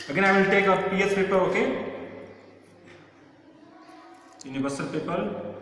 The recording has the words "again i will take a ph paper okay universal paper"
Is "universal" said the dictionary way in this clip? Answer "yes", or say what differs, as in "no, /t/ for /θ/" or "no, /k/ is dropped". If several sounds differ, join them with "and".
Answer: no, /b/ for /v/